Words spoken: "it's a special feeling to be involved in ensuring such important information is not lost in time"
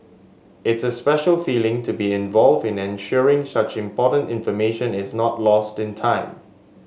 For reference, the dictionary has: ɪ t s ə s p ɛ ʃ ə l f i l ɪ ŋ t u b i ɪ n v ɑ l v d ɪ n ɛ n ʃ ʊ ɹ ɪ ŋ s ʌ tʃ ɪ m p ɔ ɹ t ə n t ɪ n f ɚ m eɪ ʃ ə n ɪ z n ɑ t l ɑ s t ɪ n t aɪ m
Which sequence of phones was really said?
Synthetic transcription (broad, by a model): ɪ t s ə s p ɛ ʃ ə l f i l ɪ ŋ t u b i ɪ n v ɑ l v d ɪ n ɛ n ʃ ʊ ɹ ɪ ŋ s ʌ tʃ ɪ m p ɔ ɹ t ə n t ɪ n f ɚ m eɪ ʃ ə n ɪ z n ɑ t l ɑ s t ɪ n t aɪ m